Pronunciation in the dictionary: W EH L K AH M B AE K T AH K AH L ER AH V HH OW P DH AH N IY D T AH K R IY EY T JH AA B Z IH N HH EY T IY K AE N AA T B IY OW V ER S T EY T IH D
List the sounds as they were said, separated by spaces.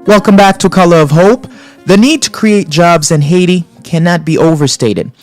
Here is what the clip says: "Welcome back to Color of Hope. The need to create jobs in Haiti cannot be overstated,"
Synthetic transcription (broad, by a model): W EH L K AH M B AE K T AH K AH L ER AH V HH OW P DH AH N IY D T AH K R IY EY T JH AA B Z IH N HH EY T IY K AE N AA T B IY OW V ER S T EY T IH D